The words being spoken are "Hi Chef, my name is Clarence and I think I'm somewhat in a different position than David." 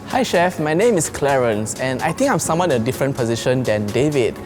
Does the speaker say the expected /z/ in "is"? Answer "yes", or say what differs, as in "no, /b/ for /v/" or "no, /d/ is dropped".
no, /s/ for /z/